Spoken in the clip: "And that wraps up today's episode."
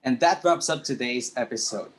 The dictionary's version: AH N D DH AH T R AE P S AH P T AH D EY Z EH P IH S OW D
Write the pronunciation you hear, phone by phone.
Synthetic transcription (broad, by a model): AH N DH AH T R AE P S AH P T AH D EY Z EH P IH S OW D